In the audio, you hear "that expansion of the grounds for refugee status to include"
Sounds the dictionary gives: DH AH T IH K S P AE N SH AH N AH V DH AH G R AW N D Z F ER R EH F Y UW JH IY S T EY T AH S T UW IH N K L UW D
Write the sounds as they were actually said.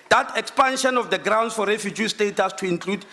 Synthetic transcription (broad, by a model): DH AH T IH K S P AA N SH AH N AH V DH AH G R AW N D S F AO R EH F Y UW JH IY S T EY T AH S T UW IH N K L UW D